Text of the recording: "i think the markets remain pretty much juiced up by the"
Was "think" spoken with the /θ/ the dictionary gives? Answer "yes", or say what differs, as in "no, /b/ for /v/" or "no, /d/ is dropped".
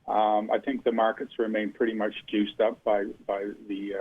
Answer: yes